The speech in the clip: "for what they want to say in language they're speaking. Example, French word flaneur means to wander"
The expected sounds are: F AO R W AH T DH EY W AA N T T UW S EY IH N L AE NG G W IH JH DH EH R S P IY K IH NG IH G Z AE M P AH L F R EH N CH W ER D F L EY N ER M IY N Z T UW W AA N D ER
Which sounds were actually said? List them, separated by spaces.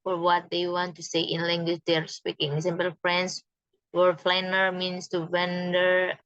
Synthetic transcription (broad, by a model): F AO R W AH T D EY W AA N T T UW S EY IH N L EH NG G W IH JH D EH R S P IY K IH NG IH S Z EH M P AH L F R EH N S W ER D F L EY N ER M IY N S T UW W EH N D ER